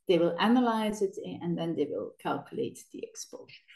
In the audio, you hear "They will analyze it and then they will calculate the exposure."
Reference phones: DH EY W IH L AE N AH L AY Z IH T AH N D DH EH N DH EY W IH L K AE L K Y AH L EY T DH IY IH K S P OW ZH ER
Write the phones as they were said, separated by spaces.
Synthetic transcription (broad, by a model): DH EY W IH L AE N AH L AY Z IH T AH N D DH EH N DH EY W IH L K AE L K Y AH L EY T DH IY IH K S P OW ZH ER